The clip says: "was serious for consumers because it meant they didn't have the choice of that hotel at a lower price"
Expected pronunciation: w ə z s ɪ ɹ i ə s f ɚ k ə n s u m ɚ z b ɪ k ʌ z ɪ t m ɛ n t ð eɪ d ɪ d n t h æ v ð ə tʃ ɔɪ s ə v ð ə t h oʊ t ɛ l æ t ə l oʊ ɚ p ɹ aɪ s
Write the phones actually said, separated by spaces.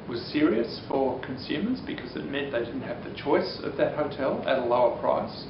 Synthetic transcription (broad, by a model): w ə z s ɪ ɹ i ə s f ɚ k ə n s u m ɚ z b ɪ k ʌ z ɪ t m ɛ n ð eɪ d ɪ d n t h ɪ v ð ə tʃ ɔɪ s ə v ð ə t h oʊ t ɛ l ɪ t ə l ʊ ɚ p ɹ aɪ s